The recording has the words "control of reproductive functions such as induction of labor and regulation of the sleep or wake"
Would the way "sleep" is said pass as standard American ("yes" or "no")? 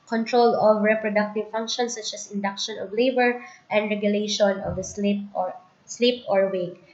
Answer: yes